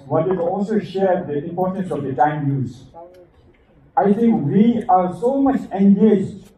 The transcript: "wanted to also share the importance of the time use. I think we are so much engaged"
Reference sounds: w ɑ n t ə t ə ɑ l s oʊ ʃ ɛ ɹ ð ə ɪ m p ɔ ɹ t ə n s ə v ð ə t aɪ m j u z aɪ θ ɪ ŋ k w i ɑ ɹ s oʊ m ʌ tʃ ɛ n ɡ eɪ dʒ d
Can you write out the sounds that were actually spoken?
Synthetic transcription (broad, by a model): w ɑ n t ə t ɑ l s oʊ ʃ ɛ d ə ɪ m p ɔ ɹ t ə n s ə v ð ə t aɪ m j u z aɪ t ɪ ŋ k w i ɑ ɹ s oʊ m ʌ tʃ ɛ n ɡ eɪ dʒ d